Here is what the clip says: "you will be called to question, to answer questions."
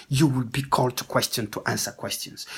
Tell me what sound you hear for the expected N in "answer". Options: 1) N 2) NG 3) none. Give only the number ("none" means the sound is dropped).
1